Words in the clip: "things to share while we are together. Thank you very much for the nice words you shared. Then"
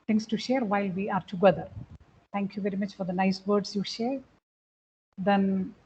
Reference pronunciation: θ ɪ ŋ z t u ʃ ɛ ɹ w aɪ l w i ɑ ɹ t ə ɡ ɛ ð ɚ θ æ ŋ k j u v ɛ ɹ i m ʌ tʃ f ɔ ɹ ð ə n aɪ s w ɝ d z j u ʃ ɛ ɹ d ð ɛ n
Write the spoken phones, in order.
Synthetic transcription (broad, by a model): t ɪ ŋ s t u ʃ ɛ ɹ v aɪ l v i ɑ ɹ t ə ɡ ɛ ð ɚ t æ ŋ k j u v ɛ ɹ i m ʌ tʃ f ɔ ɹ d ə n aɪ s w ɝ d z j u ʃ ɛ ɹ d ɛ n